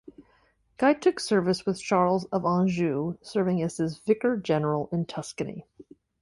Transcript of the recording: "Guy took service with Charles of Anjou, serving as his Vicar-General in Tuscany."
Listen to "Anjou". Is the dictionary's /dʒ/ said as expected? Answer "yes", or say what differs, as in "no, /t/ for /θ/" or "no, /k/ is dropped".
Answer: no, /ʒ/ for /dʒ/